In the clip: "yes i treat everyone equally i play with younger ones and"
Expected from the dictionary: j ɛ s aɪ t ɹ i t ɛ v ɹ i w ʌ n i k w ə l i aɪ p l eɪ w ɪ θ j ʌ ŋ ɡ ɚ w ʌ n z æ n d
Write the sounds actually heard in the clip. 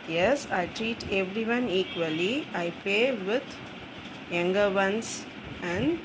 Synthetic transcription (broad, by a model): j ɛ s aɪ t ɹ i t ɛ v ɹ i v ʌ n i k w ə l i aɪ p eɪ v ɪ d j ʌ ŋ ɡ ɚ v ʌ n s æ n d